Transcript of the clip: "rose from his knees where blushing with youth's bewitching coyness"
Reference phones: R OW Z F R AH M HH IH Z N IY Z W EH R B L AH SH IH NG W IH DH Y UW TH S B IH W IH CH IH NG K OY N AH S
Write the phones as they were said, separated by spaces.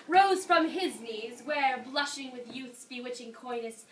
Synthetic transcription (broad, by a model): R OW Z F R AH M IH Z N IY Z W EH R B L AH SH IH NG W IH DH Y UW TH S B IH W IH CH IH NG K OY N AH S